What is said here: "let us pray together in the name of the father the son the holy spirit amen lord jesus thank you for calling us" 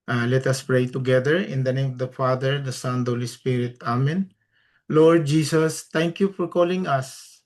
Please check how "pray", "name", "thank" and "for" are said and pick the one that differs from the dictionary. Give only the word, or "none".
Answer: thank